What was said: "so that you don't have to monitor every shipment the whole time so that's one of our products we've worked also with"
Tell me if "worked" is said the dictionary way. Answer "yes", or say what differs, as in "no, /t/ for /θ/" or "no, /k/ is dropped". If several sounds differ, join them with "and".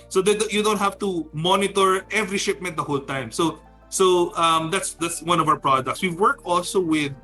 no, /t/ is dropped